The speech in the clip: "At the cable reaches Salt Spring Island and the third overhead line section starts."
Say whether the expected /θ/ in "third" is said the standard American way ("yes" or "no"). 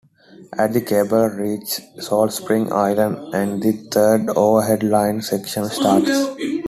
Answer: no